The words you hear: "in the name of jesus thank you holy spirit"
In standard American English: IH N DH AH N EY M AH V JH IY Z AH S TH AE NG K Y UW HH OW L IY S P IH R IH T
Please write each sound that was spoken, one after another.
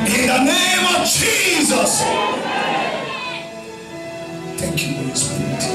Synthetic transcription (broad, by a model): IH N DH AH N EY M AH V JH IY Z AH S TH AE NG K Y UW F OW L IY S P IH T